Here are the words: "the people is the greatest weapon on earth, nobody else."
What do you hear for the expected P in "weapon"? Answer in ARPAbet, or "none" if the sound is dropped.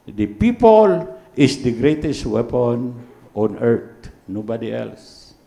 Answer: P